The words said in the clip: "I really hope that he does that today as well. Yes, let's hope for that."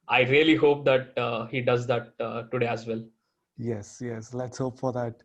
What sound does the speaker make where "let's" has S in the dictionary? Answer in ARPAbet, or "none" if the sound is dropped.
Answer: S